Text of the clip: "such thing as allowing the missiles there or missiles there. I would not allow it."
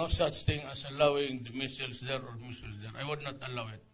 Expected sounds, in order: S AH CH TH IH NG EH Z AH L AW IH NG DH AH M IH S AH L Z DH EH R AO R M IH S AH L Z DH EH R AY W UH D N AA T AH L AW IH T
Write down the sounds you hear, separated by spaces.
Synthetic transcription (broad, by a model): S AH CH T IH NG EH S AH L AW IH NG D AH M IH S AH L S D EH R AO R M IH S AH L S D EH R AY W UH D N AA T AH L AW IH T